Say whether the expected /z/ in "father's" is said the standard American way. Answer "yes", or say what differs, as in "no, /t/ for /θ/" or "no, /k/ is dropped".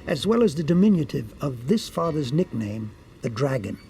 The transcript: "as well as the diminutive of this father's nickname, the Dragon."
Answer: yes